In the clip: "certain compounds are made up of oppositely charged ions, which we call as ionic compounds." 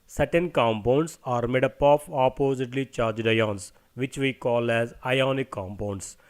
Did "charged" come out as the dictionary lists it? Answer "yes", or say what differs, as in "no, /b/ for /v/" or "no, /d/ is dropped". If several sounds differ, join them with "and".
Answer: yes